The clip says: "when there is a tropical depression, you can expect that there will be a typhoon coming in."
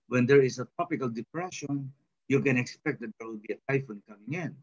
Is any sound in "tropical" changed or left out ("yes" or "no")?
yes